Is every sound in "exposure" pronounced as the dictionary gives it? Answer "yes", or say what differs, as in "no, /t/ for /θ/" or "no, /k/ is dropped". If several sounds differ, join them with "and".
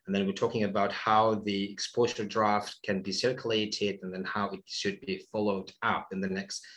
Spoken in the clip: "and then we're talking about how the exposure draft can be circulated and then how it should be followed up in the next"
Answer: no, /z/ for /ʒ/